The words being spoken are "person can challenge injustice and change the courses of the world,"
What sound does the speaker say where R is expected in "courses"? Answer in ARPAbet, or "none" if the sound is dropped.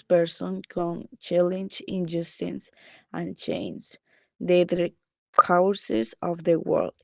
W